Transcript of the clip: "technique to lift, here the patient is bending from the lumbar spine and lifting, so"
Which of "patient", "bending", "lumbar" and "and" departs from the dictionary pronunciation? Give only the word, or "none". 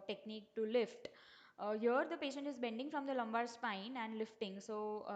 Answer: none